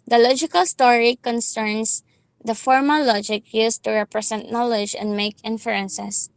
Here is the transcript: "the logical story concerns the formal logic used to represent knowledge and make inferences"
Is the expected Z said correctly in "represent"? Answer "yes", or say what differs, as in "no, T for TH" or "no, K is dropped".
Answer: no, S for Z